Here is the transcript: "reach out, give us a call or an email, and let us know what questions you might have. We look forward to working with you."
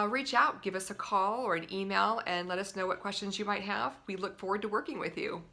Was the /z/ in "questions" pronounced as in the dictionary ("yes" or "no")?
yes